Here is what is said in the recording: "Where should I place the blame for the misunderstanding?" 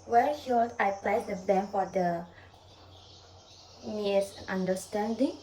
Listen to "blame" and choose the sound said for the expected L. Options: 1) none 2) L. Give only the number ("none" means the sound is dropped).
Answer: 1